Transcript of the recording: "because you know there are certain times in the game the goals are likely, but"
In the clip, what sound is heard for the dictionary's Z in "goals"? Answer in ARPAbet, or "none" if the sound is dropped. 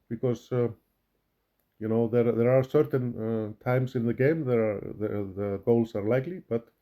S